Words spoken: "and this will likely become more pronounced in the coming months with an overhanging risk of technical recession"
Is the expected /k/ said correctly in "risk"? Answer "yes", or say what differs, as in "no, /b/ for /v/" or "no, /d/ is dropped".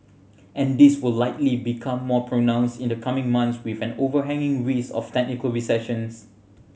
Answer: no, /k/ is dropped